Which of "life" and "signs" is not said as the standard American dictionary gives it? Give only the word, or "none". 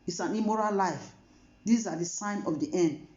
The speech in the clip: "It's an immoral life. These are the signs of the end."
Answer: signs